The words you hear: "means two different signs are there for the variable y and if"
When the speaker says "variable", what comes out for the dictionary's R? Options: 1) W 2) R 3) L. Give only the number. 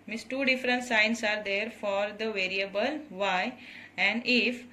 2